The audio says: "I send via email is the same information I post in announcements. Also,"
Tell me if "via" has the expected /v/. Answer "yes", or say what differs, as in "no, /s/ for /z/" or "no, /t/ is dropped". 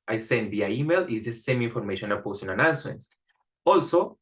no, /b/ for /v/